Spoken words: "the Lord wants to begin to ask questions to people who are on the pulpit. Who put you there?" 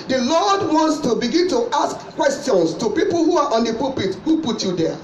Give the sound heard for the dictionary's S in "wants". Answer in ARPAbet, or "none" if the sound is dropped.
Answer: S